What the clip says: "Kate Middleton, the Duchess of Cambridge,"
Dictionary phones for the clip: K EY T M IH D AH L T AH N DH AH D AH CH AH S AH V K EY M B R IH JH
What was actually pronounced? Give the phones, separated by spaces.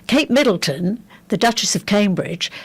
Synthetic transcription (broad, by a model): K EY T M IH D L T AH N DH AH D AH CH AH S AH V K EY M B R IH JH